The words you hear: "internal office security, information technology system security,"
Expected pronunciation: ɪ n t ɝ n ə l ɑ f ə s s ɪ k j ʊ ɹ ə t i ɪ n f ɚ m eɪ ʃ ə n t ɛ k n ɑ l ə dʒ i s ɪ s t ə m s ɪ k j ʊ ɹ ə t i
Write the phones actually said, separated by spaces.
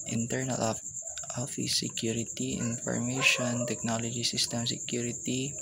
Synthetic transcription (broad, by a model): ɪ n t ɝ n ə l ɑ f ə θ s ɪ k j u ɹ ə t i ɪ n f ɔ m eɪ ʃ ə n t ɛ k n ɑ l ə dʒ i s ɪ s t ə m s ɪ k j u ɹ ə t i